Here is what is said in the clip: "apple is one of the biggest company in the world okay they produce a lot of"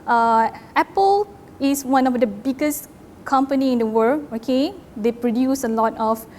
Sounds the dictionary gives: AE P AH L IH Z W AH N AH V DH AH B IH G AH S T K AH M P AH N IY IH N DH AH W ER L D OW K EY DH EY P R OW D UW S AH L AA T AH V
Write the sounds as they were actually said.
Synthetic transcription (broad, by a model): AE P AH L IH S W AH N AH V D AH B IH G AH S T K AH M P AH N IY IH N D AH W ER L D OW K EY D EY P R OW D UW S AH L AA T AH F